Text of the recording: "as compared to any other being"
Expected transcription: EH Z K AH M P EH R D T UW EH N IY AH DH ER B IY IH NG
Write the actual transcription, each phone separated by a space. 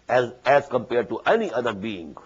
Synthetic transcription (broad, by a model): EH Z K AH M P EH R D T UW EH N IY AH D ER B IY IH NG